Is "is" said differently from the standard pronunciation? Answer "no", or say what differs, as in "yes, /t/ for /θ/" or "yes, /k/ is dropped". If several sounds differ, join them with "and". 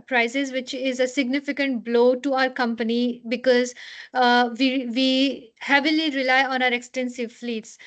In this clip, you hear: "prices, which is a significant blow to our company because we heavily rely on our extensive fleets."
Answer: no